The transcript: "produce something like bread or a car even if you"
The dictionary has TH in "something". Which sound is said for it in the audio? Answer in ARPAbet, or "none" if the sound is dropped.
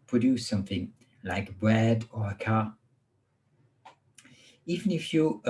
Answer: TH